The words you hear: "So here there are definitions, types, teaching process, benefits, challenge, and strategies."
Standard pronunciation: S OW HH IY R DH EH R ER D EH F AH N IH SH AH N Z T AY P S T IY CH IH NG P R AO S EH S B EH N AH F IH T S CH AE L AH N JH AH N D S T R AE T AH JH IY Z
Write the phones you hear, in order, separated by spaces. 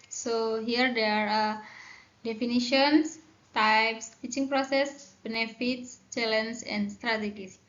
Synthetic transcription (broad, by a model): S OW HH IY R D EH R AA D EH F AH N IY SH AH N S T AY P S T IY CH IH NG P R AO S EH S B EH N AH F IH T S CH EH L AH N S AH N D S T R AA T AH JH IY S